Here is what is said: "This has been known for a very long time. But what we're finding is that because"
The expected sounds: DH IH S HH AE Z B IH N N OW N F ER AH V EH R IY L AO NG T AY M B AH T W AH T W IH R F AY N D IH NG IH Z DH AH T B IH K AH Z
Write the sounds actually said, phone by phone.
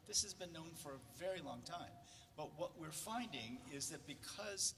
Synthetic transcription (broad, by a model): DH IH S HH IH Z B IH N N OW N F ER AH V EH R IY L AO NG T AY M B AH T W AH T W IH R F AY N D IH NG IH Z DH AH T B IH K AH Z